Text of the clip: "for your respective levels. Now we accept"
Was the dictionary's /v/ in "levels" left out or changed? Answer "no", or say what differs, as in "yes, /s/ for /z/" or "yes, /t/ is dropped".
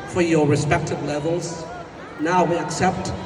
no